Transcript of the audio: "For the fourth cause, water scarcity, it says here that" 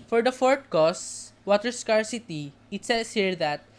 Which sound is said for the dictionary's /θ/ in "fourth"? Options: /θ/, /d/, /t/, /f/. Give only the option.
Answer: /t/